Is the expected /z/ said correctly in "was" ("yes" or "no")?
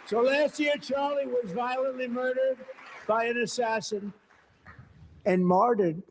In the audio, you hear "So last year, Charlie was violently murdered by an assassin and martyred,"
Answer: yes